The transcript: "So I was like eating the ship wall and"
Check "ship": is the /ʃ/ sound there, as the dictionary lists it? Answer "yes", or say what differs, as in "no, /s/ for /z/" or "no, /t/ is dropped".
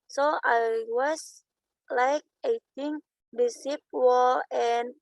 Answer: no, /s/ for /ʃ/